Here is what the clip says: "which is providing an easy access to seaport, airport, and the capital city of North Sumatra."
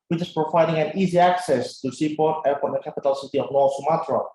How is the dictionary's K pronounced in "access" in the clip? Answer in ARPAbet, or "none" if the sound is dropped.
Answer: K